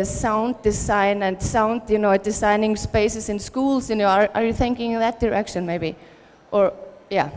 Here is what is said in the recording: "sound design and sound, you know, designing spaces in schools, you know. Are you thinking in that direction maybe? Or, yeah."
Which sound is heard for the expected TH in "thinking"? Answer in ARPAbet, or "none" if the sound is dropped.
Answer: TH